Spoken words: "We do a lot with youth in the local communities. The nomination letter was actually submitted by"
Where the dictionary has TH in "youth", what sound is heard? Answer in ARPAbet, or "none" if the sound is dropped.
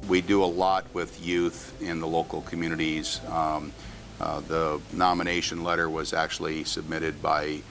TH